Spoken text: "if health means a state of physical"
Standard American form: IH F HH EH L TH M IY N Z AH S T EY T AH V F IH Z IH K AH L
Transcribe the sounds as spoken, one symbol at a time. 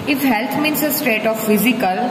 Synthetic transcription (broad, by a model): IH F HH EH L T M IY N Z AH S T EY T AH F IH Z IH K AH L